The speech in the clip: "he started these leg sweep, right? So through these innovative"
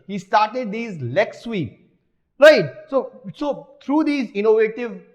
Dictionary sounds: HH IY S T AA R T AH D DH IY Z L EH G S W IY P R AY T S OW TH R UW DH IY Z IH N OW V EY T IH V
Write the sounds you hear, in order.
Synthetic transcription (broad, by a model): HH IY S T AA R T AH D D IY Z L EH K S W IY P R AY T S OW S R UW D IY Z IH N OW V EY T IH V